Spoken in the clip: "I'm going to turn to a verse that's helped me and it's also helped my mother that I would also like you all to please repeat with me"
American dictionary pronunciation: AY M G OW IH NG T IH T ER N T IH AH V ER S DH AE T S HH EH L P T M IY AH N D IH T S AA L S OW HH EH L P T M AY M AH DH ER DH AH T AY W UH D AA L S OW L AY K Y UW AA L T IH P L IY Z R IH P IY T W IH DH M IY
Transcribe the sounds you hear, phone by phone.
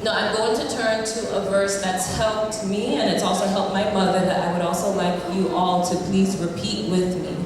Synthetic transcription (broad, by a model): AY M G OW IH NG T IH T ER N T IH AH V ER S DH AE T S HH EH L P T M IY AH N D IH T S AA L S OW HH EH L P M AY M AH DH ER DH AH T AY W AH D AA L S OW L AY K Y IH AA L T IH P L IY Z R IH P IY T W IH DH M IY